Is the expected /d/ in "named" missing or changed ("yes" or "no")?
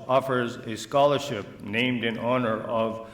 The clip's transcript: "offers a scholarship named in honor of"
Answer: no